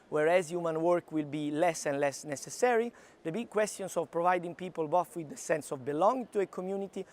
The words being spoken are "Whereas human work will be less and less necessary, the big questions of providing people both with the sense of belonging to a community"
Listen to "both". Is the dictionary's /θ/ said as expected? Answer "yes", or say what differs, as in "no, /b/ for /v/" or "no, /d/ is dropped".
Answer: no, /f/ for /θ/